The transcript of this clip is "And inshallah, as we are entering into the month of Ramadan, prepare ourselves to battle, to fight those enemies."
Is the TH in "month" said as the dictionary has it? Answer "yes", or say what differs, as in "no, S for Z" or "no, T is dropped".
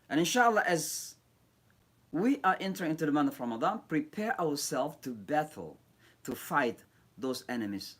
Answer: no, T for TH